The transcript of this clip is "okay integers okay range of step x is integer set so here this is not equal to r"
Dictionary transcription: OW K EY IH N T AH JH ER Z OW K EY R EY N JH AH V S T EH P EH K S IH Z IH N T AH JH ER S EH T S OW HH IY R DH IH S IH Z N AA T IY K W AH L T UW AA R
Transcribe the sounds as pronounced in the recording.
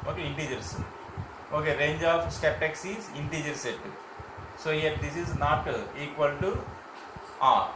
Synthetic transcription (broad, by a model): OW K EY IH N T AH JH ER S OW K EY R EY N JH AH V S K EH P EH K S IH Z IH N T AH JH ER S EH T S OW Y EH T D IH S IH Z N AA T IY K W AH L T UW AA